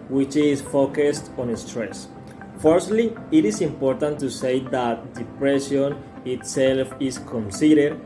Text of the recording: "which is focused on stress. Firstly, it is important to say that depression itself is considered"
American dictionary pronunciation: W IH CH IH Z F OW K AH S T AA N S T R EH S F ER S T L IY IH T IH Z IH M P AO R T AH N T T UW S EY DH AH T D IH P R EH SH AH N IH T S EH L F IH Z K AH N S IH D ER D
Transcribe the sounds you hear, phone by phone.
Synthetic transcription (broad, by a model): W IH CH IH S F OW K AH S T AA N S T R EH S F ER S T L IY IH T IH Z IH M P AO R T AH N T T UW S EY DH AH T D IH P R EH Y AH N IH T S EH L F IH S K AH N S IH D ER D